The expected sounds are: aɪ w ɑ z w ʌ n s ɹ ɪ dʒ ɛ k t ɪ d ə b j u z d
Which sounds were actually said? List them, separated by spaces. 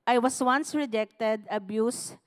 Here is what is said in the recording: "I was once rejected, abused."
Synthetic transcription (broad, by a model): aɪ w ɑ s w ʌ n s ɹ ɪ dʒ ɛ k t ɪ d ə b j u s